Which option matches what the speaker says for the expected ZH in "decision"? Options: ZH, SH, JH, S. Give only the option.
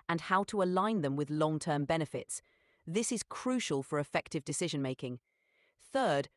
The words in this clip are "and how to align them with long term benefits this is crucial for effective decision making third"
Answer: ZH